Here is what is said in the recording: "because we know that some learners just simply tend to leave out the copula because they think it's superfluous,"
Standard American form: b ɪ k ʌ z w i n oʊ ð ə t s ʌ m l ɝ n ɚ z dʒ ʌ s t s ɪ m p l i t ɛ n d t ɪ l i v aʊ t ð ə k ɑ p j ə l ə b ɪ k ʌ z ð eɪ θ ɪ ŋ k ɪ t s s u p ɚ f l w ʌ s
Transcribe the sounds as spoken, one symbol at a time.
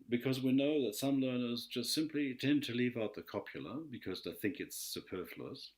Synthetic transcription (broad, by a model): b ɪ k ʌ z w i n oʊ ð ə t s ʌ m l ɝ n ɚ z dʒ ʌ s t s ɪ m p l i t ɛ n t ɪ l i v aʊ t ð ə k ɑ p j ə l ə b ɪ k ʌ z ð eɪ θ ɪ ŋ k ɪ t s s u p ɚ f l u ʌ s